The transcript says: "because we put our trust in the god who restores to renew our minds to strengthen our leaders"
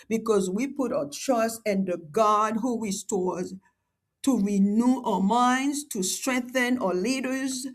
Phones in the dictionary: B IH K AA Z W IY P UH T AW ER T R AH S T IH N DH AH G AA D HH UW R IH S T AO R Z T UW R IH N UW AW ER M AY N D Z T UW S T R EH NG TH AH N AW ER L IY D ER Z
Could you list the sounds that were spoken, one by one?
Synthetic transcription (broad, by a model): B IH K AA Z W IY P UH T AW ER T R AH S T IH N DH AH G AA D HH UW R IH S T AO R Z T UW R IH N UW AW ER M AY N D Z T UW S T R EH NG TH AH N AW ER L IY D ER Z